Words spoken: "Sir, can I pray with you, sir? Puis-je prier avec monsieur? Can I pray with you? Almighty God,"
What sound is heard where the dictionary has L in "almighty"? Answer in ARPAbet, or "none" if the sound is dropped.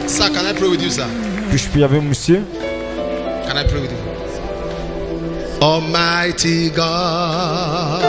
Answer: none